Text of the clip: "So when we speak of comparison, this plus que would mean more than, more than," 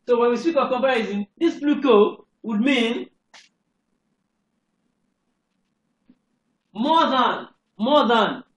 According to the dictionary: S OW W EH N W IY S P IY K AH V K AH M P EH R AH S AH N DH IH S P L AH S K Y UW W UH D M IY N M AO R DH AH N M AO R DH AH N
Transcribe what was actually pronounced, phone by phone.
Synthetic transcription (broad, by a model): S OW W EH N W IY S P IY K AH V K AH M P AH R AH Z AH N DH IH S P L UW K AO W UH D M IY N M AO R DH AH N M AO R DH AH N